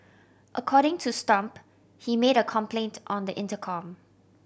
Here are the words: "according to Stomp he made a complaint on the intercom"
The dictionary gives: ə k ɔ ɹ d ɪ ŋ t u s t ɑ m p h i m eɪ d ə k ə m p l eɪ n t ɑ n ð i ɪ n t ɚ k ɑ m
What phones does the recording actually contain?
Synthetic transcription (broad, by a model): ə k ɔ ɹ d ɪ ŋ t u s t ɑ m p h i m eɪ d ə k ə m p l eɪ n t ɑ n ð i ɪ n t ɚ k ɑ m